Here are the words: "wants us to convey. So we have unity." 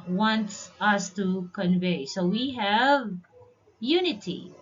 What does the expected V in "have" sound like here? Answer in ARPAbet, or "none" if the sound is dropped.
V